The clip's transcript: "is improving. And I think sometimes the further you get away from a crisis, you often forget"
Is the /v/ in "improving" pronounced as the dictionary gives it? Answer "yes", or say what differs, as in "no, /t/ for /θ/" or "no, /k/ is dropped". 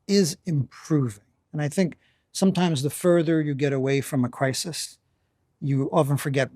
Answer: yes